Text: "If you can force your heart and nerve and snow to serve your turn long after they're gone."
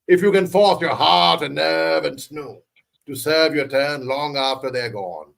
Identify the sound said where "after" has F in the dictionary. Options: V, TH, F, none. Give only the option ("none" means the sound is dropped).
F